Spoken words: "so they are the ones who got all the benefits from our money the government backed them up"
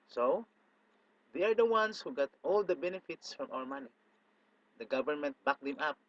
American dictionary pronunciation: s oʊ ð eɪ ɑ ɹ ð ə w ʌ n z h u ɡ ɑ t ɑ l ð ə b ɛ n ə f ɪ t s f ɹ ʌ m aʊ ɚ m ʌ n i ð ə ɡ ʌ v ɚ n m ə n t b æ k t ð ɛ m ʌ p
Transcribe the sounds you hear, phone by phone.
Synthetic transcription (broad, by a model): s oʊ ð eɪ ɑ ɹ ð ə w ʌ n s h u ɡ ɑ t ɑ l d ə b ɛ n ə f ɪ t s f ɹ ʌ m aʊ ɚ m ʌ n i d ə ɡ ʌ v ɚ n m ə n t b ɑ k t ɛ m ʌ p